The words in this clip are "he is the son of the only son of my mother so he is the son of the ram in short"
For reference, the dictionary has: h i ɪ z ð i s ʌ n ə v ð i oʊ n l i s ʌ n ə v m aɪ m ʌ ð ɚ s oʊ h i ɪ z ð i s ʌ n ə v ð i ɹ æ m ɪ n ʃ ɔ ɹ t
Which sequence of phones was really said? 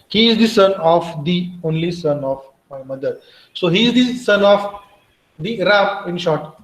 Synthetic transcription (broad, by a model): h i ɪ z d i s ʌ n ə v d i oʊ n l i s ʌ n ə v m aɪ m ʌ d ɚ s oʊ h i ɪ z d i s ʌ n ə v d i ɹ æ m ɪ n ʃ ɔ ɹ t